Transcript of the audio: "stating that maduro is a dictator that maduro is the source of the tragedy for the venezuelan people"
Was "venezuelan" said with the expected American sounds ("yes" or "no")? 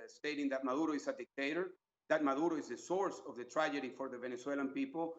no